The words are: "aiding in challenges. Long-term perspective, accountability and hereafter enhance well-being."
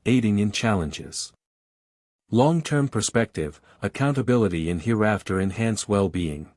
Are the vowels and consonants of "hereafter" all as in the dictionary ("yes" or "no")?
yes